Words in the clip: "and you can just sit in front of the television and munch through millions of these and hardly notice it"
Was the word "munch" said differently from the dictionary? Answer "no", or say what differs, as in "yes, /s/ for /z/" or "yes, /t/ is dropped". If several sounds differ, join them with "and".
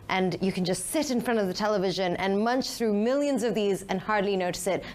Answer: no